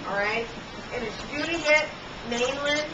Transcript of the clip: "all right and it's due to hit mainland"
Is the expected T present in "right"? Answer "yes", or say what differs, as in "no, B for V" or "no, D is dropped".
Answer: yes